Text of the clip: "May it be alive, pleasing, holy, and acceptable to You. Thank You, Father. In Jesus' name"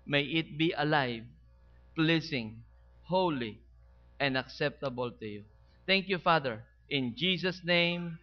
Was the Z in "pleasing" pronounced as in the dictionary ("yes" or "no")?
no